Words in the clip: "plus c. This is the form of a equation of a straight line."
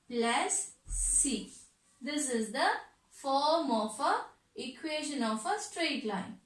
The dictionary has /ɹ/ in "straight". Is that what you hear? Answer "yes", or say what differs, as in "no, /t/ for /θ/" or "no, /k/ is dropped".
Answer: yes